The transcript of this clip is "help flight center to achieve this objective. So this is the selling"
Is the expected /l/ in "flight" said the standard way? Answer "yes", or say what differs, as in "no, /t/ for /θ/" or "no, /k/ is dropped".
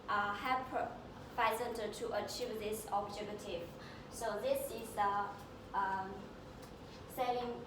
no, /l/ is dropped